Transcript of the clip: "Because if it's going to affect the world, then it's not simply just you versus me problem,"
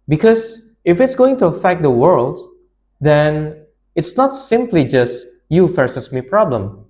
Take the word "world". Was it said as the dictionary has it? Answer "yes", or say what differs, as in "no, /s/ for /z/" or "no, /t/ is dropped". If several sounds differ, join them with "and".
yes